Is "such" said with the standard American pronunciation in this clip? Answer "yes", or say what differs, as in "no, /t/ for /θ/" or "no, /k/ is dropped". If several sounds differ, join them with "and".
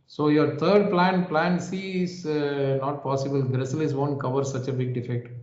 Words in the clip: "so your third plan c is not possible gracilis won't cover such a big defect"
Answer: yes